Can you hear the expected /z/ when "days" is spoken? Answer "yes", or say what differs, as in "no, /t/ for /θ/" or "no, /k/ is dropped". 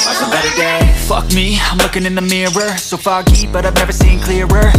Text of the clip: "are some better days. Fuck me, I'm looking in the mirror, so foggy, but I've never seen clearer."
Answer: no, /z/ is dropped